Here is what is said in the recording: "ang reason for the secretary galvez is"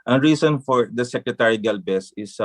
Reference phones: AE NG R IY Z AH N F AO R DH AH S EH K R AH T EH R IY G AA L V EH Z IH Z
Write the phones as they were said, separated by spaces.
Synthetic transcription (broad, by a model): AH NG R IY S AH N F AO R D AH S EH K R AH T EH R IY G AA L B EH S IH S